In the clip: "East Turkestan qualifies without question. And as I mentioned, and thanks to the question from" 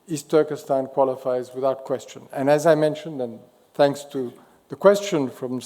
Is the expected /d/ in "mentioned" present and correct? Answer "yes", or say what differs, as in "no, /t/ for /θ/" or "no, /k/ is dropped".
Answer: yes